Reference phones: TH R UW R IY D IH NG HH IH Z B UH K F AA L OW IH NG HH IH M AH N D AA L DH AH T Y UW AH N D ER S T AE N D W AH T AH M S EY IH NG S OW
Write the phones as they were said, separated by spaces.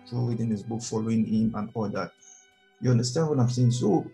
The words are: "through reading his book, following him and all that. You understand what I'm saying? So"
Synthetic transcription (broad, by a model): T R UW W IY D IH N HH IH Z B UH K F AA L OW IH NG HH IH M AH N AA L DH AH T Y UW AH N D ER S T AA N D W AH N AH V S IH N S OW